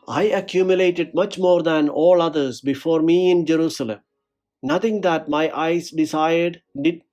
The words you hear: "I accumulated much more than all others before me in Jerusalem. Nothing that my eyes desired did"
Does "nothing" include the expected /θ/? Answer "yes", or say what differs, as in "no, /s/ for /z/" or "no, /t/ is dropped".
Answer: no, /t/ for /θ/